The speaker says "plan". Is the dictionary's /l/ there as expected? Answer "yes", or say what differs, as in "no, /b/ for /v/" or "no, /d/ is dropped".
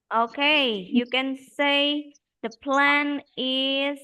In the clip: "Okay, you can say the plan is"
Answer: yes